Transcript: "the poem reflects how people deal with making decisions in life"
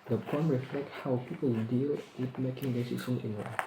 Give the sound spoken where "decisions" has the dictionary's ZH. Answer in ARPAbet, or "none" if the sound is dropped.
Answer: S